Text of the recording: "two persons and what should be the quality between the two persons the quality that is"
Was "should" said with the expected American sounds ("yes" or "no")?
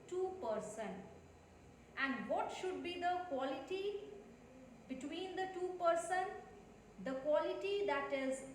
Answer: yes